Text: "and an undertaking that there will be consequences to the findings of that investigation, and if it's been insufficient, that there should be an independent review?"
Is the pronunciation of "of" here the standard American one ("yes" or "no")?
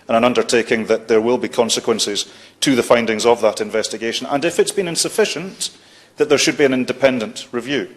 yes